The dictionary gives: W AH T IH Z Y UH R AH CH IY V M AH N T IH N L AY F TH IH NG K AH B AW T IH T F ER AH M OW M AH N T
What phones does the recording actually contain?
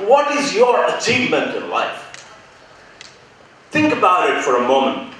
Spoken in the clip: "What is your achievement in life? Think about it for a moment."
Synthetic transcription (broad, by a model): W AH T IH Z Y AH R AH CH IY V M AH N T IH N L AY F TH IH NG K AH B AW T IH T F ER AH M OW M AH N T